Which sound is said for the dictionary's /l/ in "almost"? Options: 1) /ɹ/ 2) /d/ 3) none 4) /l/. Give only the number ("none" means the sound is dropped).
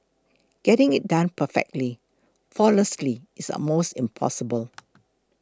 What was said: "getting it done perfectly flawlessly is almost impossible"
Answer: 3